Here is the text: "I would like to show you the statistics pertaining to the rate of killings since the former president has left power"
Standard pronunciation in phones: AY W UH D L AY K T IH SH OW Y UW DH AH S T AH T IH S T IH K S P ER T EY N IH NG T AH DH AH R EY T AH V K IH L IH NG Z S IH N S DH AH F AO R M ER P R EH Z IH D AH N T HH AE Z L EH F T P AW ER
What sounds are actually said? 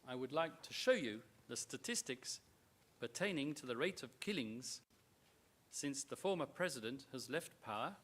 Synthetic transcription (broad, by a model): AY W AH D L AY K T IH SH OW Y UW DH AH S T AH T IH S T IH K S P ER T EY N IH NG T AH DH AH R EY T AH V K IH L IH NG Z S IH N S DH AH F AO R M ER P R EH Z IH D AH N T HH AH Z L EH F T P AW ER